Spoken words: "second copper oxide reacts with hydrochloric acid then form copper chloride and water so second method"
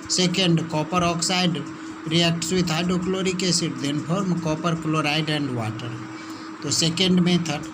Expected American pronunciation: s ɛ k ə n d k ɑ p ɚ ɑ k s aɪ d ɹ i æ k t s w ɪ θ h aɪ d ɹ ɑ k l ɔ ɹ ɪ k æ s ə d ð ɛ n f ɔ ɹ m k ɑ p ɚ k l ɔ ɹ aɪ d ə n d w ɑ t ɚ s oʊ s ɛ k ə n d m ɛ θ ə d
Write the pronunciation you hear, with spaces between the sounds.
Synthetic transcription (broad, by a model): s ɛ k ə n d k ɑ p ɚ ɑ k s aɪ d ɹ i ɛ k t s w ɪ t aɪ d ɔ k l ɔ ɹ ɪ k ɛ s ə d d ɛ n p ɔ ɹ m k ɑ p ɚ k l ɔ ɹ aɪ d ə n d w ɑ t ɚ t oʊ s ɛ k ə n d m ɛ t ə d